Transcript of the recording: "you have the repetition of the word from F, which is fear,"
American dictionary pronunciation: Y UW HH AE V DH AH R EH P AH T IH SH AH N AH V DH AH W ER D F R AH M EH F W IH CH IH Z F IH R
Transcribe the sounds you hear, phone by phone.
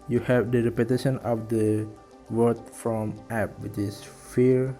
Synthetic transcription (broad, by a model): Y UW HH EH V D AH R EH P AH T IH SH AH N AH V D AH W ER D F R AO M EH P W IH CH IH S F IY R